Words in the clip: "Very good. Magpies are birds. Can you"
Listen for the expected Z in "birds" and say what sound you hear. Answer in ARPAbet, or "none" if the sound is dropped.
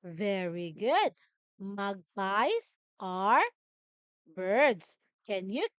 S